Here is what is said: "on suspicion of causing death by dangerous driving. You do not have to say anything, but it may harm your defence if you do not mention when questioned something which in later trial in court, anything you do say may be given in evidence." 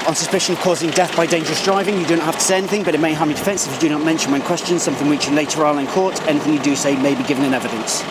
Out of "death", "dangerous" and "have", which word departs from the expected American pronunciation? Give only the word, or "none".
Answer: have